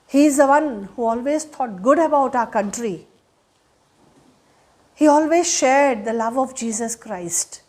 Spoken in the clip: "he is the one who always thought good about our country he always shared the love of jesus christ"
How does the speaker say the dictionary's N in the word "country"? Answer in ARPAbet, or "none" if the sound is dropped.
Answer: N